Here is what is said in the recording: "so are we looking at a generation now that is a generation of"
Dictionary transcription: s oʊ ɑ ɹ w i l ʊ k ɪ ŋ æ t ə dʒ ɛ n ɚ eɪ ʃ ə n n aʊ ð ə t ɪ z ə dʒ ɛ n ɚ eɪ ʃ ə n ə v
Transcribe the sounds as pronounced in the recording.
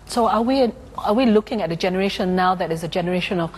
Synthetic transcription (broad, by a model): s oʊ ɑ w w i l ʊ k ɪ ŋ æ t ə dʒ ɛ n ɚ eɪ ʃ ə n n aʊ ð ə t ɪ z ə dʒ ɛ n ɚ eɪ ʃ ə n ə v